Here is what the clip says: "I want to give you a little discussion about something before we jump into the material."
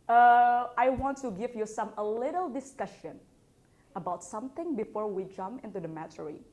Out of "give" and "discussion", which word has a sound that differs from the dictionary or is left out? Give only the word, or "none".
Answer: none